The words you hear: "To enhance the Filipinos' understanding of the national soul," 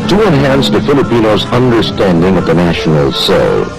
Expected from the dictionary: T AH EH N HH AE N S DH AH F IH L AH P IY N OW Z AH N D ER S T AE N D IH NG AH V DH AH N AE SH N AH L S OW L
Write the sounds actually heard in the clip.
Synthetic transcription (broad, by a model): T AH EH N HH AE N S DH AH F IH L AH P IY N OW Z AH N D ER S T AE N D IH NG AH V DH AH N AE SH N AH L S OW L